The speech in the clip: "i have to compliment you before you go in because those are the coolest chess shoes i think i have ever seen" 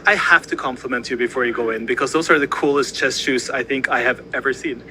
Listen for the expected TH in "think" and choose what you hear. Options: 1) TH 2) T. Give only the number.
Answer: 1